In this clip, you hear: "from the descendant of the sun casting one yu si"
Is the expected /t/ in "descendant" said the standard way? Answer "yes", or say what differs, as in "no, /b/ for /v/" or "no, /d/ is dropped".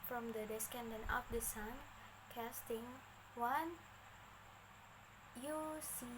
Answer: no, /t/ is dropped